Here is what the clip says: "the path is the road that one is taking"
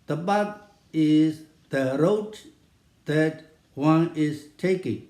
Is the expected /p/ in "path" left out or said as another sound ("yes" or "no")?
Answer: yes